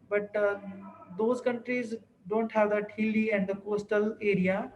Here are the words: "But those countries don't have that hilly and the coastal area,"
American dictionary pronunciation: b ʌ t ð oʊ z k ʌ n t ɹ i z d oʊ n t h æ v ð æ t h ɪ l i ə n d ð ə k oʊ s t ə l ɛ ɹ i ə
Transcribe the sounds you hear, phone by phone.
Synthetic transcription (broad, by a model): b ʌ t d oʊ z k ʌ n t ɹ i z d oʊ n t h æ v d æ t h ɪ l i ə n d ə k oʊ s t ə l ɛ ɹ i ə